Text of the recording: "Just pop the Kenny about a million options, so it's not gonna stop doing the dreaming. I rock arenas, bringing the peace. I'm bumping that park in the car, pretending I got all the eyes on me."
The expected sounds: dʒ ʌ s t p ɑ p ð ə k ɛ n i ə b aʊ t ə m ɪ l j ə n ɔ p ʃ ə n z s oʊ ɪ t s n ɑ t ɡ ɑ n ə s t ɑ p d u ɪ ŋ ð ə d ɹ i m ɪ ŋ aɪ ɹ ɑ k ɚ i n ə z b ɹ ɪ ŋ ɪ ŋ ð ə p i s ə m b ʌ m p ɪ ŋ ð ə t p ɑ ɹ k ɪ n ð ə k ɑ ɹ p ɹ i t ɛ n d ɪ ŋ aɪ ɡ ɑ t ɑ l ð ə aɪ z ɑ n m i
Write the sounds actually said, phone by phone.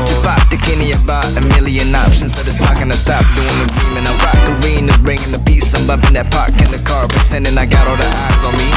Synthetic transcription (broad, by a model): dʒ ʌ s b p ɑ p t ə k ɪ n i ə b aʊ t ə m ɪ l j ə n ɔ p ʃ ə n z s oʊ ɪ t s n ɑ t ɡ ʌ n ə s t ɑ p d u ɪ ŋ ð ə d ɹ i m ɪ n aɪ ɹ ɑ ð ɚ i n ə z b ɹ ɪ ŋ ɪ ŋ ð ə p i s ə m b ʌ p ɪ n ð ə t p ɑ ɹ k ɪ n ð ə k ɑ ɹ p i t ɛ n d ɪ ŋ aɪ ɡ ɑ t ɑ l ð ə aɪ z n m i